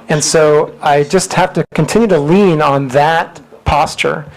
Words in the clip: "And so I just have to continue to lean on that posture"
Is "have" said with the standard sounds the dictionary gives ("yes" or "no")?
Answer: no